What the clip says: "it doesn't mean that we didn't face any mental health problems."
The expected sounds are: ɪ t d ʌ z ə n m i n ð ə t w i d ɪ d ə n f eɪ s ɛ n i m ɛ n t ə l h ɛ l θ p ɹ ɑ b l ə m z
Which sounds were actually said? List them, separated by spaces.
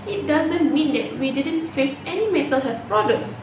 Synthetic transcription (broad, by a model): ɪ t d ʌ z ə n m i n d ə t w i d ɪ d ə n f eɪ s ɛ n i m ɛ t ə l h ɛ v p ɹ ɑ b l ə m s